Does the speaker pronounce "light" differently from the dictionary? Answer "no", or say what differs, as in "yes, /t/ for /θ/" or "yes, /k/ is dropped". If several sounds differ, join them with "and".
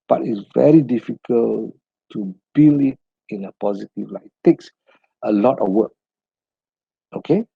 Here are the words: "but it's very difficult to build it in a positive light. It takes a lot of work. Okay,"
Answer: yes, /t/ is dropped